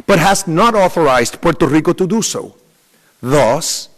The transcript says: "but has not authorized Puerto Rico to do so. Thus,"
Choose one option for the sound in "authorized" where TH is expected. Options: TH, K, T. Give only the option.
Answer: TH